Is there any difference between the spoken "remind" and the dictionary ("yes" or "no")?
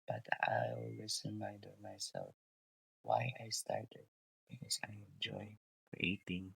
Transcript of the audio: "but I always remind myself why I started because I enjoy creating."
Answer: yes